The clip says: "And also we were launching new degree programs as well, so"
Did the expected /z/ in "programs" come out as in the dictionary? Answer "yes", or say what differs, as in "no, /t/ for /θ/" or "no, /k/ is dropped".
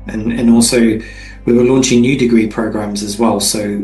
yes